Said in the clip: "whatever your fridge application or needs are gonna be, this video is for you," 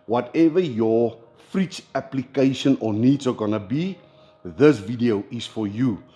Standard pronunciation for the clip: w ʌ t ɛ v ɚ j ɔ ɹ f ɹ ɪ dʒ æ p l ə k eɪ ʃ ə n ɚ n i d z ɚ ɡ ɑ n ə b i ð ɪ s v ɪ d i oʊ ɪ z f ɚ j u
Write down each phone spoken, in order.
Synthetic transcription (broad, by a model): w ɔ t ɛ v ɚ j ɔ f ɹ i tʃ æ p l ə k eɪ ʃ ə n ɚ n i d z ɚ ɡ ɑ n ə b i ð ɪ s v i d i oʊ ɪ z f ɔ j u